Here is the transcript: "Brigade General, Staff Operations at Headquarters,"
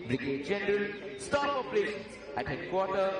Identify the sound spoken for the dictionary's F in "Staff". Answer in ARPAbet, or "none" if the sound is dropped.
P